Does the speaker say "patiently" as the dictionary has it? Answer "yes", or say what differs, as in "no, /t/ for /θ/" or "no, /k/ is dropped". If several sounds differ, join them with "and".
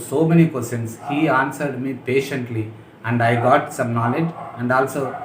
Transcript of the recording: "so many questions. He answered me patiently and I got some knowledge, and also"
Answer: yes